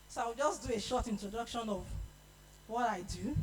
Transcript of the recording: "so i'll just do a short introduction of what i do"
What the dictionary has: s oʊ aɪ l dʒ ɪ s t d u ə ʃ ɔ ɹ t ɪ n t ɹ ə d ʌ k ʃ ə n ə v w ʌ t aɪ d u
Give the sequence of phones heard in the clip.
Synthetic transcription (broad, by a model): s oʊ aɪ w dʒ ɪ s d u ə ʃ ɔ t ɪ n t ɹ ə d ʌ k ʃ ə n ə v w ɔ t aɪ d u